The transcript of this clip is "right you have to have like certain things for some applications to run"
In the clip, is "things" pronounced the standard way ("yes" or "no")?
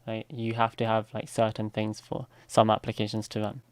yes